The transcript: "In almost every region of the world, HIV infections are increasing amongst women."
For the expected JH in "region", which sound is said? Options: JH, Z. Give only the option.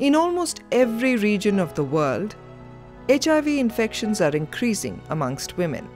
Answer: JH